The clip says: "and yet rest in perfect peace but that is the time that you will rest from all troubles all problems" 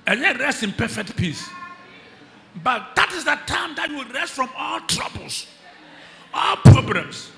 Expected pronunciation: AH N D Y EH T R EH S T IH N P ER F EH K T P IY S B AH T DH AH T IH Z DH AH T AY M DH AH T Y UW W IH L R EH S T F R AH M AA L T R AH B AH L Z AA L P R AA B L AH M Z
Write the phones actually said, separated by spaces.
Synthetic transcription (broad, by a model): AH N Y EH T R EH S T IH N P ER F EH K T P IY S B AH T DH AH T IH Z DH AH T AY M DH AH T Y UW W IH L R EH S T F R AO M AA L T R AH B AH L S AA L P R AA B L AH M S